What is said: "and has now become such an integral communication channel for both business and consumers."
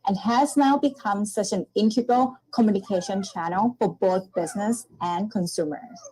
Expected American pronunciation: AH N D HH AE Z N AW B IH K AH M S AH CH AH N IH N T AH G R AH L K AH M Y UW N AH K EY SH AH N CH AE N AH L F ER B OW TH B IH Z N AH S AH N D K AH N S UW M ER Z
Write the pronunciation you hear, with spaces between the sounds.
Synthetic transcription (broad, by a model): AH N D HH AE Z N AW B IH K AH M S AH CH AH N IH N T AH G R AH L K AH M Y UW N AH K EY SH AH N CH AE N L F ER B OW TH B IH Z N AH S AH N K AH N S UW M ER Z